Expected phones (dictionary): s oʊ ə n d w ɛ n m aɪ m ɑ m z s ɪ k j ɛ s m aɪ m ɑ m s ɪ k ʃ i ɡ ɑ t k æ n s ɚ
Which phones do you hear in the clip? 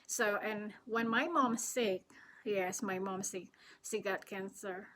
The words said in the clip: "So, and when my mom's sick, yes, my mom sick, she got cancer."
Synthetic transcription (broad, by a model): s oʊ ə n w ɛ n m aɪ m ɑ m s ɪ k j ɛ s m aɪ m ɑ m s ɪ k s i ɡ ɑ t k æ n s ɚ